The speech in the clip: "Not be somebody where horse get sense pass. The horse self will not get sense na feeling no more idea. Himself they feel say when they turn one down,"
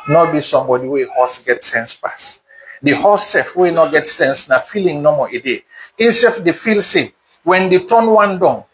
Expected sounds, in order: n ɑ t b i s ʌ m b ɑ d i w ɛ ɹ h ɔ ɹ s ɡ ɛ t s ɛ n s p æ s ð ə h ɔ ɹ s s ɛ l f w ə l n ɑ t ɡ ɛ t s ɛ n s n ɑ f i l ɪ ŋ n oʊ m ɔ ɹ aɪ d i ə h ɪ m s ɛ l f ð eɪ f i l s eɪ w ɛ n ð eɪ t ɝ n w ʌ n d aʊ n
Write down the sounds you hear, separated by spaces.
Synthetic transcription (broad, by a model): n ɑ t b i s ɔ m b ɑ d i w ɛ h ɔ s ɡ ɛ t s ɛ n s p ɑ s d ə h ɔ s s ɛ f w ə n ɑ t ɡ ɛ t s ɛ n s n ɑ f i l ɪ ŋ n oʊ m ɔ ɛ d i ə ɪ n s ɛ f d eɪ f i l s eɪ w ɛ n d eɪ t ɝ n w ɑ n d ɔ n